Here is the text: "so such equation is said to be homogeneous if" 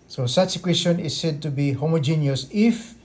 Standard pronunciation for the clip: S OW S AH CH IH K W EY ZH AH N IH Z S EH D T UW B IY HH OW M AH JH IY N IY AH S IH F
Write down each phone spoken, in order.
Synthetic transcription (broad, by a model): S OW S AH S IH K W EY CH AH N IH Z S EH D T UW B IY HH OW M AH JH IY N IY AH S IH F